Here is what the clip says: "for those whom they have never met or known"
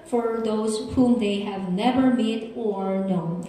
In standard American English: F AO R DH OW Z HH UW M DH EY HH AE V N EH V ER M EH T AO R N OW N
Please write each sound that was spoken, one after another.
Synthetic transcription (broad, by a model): F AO R DH OW Z HH UW M DH EY HH AE V N EH V ER M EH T AO R N OW N